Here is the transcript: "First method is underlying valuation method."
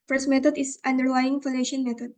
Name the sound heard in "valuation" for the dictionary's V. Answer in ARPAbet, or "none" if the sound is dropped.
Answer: F